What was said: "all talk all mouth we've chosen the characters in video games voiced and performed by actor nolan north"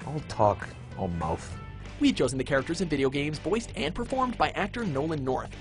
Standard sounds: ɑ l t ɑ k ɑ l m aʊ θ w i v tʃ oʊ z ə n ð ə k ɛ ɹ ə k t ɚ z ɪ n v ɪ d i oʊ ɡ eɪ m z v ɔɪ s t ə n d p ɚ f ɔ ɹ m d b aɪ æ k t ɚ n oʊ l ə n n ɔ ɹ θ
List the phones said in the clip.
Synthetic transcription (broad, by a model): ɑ l t ɑ k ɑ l m aʊ θ w i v tʃ oʊ z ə n ð ə k ɛ ɹ ə k t ɚ z ɪ n v ɪ d i oʊ ɡ eɪ m z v ɔɪ s t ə n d p ɚ f ɔ ɹ m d b aɪ æ k t ɚ n oʊ l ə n n ɔ ɹ θ